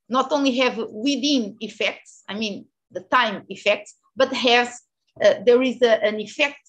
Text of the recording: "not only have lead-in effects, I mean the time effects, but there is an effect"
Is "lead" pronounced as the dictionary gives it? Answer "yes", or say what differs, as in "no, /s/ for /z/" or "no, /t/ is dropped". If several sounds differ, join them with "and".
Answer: no, /w/ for /l/